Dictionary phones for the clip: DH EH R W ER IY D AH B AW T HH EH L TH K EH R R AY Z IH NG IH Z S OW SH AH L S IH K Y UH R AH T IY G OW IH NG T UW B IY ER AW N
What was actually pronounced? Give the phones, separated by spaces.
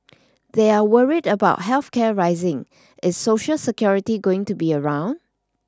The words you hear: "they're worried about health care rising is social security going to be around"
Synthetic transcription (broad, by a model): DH EH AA W ER IY D AH B AW T HH EH L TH K EH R R AY Z IH NG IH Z S OW SH AH L S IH K Y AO R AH T IY G OW IH NG T UW B IY ER AW N